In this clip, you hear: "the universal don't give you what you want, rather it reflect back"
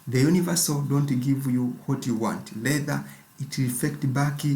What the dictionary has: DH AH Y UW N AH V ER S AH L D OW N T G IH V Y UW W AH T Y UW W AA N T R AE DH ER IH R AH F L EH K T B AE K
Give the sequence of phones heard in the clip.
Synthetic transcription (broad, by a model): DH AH Y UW N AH V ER S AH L D OW N T G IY V Y UW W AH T Y UW W AA N T L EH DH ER IH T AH F EH K T B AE K